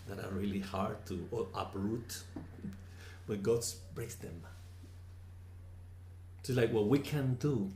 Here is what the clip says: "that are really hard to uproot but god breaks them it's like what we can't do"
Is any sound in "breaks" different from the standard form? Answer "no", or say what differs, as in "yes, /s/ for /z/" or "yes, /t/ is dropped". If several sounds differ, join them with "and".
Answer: yes, /k/ is dropped